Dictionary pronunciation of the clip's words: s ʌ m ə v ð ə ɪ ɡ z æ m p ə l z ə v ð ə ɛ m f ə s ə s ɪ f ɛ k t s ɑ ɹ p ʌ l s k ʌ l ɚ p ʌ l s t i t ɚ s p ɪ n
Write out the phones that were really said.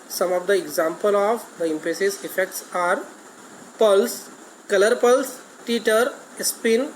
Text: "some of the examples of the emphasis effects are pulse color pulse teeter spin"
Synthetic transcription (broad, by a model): s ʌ m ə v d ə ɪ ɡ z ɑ m p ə l ə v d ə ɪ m p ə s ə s ɪ f ɛ k t s ɑ ɹ p ʌ l s k ʌ l ɚ p ʌ l s t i t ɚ s p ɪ n